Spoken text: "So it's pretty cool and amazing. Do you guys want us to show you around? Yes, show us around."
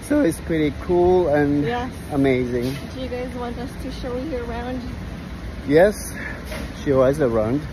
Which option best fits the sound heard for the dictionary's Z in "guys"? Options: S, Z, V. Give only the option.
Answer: Z